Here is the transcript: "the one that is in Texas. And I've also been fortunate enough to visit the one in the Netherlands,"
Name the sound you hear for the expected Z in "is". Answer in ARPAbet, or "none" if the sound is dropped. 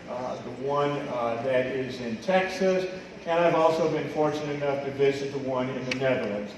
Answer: Z